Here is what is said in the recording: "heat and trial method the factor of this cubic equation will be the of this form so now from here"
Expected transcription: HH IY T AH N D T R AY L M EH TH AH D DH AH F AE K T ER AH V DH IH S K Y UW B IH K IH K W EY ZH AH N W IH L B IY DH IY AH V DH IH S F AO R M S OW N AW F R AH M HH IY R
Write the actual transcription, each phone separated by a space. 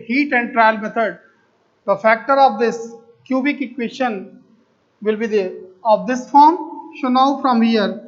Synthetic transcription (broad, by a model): HH IY T AH N D T R AY L M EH T AH D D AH F AE K T ER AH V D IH S K Y UW B IH K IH K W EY SH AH N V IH L B IY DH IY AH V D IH S F AO R M SH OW N AW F R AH M HH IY R